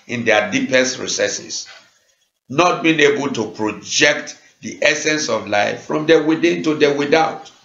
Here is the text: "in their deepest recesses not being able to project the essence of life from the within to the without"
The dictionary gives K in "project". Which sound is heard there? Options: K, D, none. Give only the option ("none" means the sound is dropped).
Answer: K